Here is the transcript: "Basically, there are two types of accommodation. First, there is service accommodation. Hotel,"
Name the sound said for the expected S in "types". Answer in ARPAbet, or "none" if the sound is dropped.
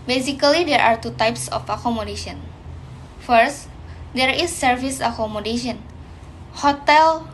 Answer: S